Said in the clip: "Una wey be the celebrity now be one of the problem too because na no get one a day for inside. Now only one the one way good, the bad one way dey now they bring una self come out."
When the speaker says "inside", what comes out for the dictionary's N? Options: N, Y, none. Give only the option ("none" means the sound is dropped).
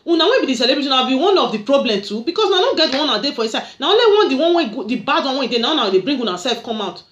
none